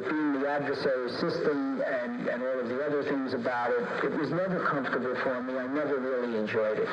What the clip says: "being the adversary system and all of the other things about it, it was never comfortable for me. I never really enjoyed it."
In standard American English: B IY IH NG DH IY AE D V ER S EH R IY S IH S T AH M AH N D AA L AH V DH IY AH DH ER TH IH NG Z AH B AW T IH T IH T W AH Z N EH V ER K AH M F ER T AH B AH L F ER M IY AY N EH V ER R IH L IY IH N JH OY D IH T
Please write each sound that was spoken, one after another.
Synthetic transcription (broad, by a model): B IY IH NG DH IY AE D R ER S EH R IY S IH S T AH M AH N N AA L AH V DH IY AH DH ER TH IH NG Z AH B AW T IH T IH T W AH Z N EH V ER K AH M F T AH B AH L F ER M IY AY N EH V ER R IH L IY IH N JH OY D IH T